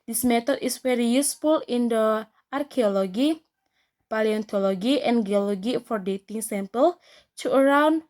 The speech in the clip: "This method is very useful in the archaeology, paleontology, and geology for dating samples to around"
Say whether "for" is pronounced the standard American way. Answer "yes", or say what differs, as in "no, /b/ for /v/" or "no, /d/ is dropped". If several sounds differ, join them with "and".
yes